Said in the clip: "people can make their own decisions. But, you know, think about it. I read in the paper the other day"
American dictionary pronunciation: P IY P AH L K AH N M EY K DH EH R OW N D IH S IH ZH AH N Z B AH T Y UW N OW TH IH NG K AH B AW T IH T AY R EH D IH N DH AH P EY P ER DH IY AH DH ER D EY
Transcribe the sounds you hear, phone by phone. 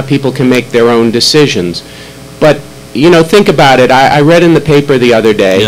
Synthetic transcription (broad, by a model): P IY P L K AH N M EY K DH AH R OW N D IH S IH ZH AH N Z B AH T Y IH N OW TH IH NG K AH B AW T IH T AY R EH D IH N DH AH P EY P ER DH IY AH DH ER D EY